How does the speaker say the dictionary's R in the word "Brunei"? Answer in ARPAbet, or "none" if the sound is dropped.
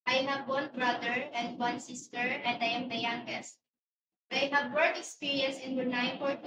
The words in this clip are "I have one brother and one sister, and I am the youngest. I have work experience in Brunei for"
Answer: none